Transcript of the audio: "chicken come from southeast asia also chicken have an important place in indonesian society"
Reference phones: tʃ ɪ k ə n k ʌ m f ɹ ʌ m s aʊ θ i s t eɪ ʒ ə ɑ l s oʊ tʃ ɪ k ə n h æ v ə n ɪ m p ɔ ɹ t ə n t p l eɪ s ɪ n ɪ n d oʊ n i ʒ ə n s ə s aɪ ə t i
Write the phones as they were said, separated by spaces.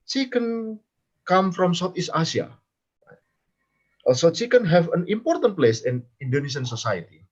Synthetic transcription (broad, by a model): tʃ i k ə n k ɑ m f ɹ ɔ m s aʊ t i s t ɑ s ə ɑ l s oʊ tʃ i k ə n h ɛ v ə n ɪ m p ɔ ɹ t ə n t p l eɪ s ɪ n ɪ n d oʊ n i s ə n s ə s aɪ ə t i